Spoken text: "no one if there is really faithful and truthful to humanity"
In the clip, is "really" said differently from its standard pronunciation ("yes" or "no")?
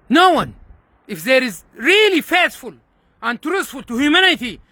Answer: no